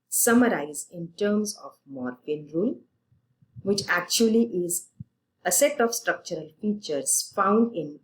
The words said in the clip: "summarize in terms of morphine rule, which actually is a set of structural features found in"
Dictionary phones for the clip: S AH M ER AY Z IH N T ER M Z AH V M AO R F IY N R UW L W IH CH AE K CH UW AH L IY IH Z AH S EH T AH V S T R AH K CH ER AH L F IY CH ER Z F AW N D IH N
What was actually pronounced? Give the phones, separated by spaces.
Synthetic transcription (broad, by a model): S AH M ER AY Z IH N T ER M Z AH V M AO R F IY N R UW L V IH CH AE K CH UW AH L IY IH Z AH S EH T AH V S T R AH K CH ER AH L F IY CH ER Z F AW N D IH N